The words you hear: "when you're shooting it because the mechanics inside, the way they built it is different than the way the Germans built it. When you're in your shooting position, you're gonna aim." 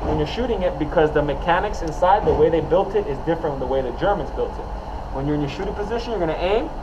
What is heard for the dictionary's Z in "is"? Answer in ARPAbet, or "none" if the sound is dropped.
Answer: Z